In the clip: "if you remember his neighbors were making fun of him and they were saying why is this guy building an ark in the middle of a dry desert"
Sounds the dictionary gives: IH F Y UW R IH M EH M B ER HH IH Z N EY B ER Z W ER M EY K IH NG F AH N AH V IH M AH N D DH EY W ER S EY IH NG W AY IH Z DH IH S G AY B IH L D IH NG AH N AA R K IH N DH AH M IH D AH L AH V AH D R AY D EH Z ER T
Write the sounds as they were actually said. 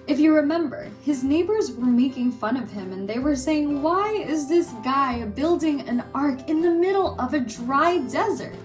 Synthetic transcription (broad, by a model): IH F Y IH R IH M EH M B ER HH IH Z N EY B ER Z W ER M EY K IH NG F AH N AH V IH M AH N DH EY W ER S EY IH NG W AY IH Z DH IH S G AY B IH L D IH NG AH N AA R K IH N DH AH M IH D L AH V AH D R AY D EH Z ER T